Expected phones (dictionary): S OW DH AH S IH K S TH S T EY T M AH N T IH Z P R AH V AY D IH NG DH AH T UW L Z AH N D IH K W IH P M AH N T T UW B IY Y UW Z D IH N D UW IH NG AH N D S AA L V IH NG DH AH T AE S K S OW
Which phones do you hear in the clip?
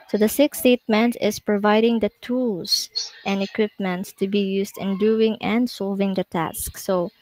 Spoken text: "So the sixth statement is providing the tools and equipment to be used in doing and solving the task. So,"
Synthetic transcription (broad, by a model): S OW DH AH S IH K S S T EY T M AH N T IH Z P R AH V AY D IH NG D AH T UW L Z AH N D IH K W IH P M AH N T T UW B IY Y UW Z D IH N D UW IH NG AH N D S AA L V IH NG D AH T AE S K S OW